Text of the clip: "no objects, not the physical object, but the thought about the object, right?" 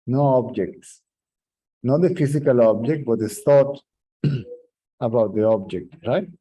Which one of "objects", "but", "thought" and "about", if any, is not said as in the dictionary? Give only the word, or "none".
thought